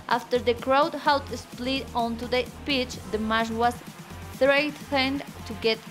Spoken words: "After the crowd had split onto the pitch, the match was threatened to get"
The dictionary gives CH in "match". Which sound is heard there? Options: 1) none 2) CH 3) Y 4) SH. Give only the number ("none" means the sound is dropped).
4